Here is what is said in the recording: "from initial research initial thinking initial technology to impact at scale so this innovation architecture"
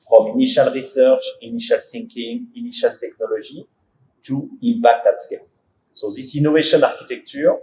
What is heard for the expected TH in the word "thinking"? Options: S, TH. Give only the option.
S